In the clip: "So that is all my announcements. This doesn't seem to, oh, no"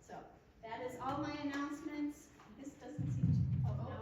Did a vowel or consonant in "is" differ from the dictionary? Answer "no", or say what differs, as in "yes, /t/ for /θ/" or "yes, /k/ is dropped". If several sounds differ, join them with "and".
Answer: no